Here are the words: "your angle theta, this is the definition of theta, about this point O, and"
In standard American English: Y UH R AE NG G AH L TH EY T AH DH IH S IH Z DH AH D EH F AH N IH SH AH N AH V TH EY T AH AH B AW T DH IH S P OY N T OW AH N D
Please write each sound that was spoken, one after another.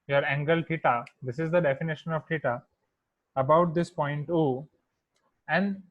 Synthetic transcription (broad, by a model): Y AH R AE NG G AH L T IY T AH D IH S IH Z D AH D EH F AH N IH SH AH N AH V T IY T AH AH B AW T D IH S P OY N T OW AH N D